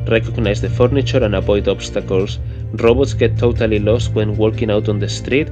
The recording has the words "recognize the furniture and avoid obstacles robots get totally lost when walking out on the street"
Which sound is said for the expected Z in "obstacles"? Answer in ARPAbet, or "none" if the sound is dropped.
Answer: S